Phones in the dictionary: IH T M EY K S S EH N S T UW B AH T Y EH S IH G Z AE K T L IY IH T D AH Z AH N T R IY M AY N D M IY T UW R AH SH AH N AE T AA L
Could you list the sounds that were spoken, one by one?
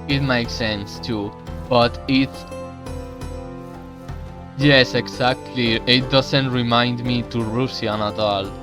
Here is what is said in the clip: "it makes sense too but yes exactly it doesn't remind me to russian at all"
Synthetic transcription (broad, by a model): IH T M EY K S S EH N S T UW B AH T Y EH S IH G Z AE K T L IY IH T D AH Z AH N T R IY M AY N D M IY T UW R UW S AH N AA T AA L